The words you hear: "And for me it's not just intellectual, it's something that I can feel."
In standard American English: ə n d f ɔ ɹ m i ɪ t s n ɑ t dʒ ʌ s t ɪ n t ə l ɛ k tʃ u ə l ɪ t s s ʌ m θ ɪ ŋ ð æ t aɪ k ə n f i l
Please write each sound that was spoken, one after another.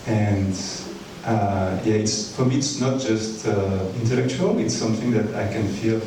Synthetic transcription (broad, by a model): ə n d f ɔ ɹ m i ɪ t s n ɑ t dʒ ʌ s t ɪ n t ə l ɛ k tʃ u ə l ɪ t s s ʌ m θ ɪ ŋ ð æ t aɪ k ə n f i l